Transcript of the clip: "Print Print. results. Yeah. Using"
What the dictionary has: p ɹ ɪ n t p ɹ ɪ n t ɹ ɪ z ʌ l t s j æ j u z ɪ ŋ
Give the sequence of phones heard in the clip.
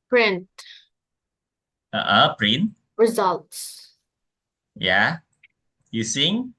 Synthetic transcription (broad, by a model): p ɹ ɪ n t p ɹ ɪ n t ɹ ɪ z ʌ l t s j æ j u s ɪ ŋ